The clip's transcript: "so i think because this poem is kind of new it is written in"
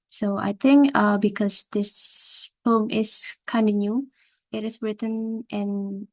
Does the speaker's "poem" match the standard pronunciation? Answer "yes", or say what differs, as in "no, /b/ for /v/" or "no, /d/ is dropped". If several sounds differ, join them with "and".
no, /f/ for /p/